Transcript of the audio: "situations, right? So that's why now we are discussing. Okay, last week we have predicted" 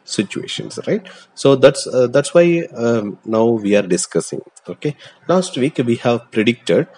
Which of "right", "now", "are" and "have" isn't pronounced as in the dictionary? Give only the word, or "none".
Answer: none